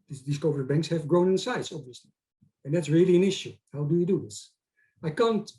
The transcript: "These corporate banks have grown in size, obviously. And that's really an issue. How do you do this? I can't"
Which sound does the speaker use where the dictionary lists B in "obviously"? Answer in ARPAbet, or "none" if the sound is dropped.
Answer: B